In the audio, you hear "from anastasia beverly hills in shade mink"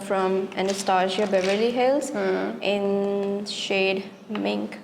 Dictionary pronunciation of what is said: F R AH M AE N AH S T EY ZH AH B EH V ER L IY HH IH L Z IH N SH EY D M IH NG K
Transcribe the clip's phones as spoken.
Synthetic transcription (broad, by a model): F R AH M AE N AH S T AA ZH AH B EH V ER L IY HH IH L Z IH N SH EY D M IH NG K